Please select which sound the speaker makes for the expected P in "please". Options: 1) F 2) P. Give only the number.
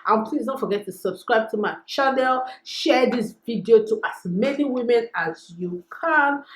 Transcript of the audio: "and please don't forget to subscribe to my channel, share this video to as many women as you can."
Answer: 2